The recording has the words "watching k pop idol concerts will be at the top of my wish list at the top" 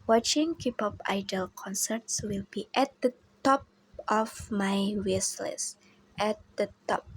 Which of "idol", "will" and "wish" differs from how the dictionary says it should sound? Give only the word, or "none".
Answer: wish